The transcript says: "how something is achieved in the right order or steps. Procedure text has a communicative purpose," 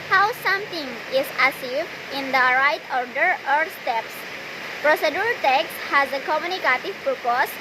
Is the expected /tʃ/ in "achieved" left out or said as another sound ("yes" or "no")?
yes